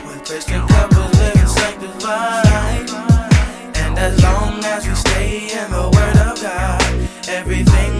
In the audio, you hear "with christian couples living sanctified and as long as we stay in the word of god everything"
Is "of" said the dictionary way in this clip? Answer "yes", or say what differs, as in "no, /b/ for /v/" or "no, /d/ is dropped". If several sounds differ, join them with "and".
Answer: yes